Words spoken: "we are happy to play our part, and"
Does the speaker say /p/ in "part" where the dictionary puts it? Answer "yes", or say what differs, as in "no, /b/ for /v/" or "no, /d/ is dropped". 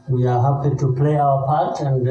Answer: yes